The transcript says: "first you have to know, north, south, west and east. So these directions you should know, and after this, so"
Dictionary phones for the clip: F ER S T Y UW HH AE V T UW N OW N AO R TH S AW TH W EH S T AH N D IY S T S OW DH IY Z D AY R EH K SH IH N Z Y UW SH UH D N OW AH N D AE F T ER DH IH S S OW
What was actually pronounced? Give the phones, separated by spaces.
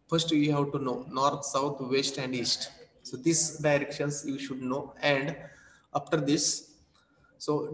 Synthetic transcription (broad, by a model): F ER S T Y UW HH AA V T UW N OW N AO R T S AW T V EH S T AH N D IY S T S OW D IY S D AY R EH K SH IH N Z Y UW SH UH D N OW AH N D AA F T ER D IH S S OW